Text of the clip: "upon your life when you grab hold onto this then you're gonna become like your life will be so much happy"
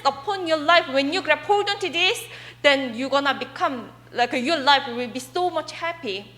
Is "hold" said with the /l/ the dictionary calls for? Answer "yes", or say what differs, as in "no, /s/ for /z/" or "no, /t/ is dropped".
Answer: no, /l/ is dropped